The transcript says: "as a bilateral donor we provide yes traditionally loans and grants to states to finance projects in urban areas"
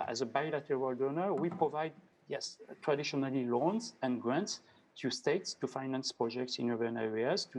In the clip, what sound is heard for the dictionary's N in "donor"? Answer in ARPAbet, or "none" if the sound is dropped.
N